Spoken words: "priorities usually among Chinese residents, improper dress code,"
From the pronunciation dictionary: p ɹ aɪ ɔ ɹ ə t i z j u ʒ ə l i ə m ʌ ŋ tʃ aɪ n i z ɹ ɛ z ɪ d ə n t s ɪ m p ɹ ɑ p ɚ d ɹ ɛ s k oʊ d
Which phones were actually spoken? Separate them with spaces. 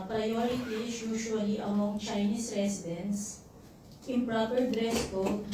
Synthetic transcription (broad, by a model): p ɹ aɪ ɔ ɹ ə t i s j u ʃ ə l i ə m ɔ ŋ tʃ aɪ n i s ɹ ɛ s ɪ d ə n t s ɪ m p ɹ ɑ p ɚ d ɹ ɛ s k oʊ